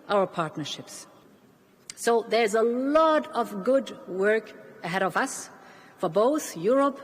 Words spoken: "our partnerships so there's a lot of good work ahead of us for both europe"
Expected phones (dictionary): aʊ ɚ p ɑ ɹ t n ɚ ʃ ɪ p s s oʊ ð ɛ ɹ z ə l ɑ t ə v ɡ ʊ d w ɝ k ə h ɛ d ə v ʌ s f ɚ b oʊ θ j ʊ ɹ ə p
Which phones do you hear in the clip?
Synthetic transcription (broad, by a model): aʊ ɚ p ɑ ɹ t n ɚ ʃ ɪ p s s oʊ ð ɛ ɹ z ə l ɑ t ə v ɡ ʊ d w ɝ k ə h ɛ d ə v ʌ s f ɚ b oʊ θ j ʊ ɹ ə p